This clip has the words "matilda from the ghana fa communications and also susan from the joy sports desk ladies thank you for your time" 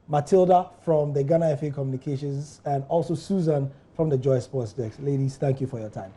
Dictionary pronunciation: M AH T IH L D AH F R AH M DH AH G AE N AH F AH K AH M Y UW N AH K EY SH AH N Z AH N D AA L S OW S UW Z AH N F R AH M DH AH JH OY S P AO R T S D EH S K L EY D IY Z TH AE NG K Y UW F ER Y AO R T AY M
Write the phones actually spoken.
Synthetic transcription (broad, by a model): M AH T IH L D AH F R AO M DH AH G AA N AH F AH K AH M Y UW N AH K EY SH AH N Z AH N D AA L S OW S UW Z AH N F R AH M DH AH JH OY S P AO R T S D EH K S L EY D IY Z TH AE NG K Y UW F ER Y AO T AY M